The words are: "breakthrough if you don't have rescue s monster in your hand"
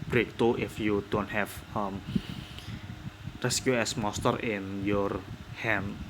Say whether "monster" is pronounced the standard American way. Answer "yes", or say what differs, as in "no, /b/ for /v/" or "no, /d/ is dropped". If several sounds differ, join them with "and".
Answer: no, /n/ is dropped